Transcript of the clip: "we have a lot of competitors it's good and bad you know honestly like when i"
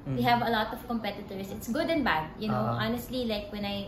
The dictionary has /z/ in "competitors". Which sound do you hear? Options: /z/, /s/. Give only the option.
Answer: /s/